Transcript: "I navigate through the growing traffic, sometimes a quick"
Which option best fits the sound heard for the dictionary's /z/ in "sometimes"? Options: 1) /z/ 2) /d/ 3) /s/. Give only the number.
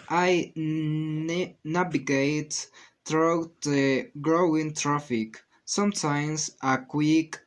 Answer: 3